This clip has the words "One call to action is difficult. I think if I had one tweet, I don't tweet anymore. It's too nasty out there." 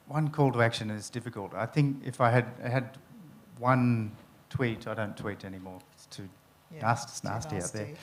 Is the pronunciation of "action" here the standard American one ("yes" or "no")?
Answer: yes